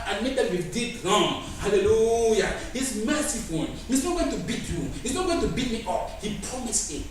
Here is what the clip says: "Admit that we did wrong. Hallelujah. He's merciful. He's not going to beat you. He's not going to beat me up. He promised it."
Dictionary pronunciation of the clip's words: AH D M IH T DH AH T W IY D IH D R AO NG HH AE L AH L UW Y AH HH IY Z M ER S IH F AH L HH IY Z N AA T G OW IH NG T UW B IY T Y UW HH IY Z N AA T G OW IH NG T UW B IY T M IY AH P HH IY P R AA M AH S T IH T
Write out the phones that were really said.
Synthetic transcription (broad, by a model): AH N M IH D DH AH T W IY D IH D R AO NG HH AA L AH L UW Y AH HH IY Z M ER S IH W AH N HH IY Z N AA T G OW IH NG T UW B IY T Y UW HH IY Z N AA T G OW IH NG T UW B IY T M IY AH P HH IY P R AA M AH S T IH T